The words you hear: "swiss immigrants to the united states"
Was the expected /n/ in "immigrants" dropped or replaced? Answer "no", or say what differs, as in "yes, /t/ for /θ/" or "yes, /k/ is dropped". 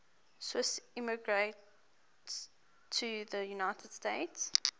yes, /n/ is dropped